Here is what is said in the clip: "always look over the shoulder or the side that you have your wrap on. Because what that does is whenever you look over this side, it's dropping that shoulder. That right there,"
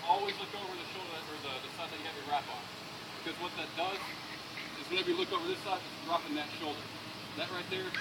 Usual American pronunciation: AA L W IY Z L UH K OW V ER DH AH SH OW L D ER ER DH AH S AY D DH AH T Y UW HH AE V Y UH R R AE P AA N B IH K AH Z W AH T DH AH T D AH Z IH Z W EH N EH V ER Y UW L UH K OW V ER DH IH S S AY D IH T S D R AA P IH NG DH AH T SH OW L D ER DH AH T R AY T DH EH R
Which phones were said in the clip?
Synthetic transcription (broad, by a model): AA L W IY Z L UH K OW V ER DH AH SH OW L D ER ER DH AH S AY D DH AH T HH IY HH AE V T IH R R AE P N B IH K AH Z W AH T DH AH T D AH Z IH Z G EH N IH B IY L UH K OW V ER DH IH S S AY D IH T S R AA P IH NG DH AH T SH OW L D ER DH AH T R AY T DH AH R